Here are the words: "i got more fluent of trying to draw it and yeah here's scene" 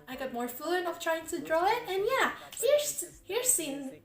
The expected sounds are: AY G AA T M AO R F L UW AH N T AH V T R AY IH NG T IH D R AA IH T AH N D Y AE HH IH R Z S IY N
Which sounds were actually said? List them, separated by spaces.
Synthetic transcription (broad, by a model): AY G AA T M AO R F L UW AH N AH F T R AY IH NG T IH D R AA IH T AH N Y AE HH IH R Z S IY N